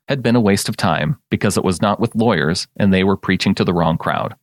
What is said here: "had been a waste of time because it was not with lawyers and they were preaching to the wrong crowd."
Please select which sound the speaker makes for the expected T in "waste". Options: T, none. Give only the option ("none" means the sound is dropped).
T